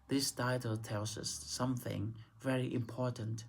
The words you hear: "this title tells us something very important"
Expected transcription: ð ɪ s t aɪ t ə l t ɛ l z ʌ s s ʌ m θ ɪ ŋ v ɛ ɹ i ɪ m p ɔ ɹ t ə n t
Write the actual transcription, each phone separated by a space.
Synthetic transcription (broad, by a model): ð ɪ s t aɪ t ə l t ɛ l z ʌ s s ʌ m θ ɪ ŋ v ɛ ɹ i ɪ m p ɔ ɹ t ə n t